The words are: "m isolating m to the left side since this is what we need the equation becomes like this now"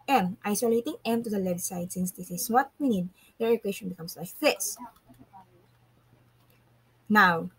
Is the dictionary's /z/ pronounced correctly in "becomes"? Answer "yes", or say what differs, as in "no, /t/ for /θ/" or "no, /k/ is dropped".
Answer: no, /s/ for /z/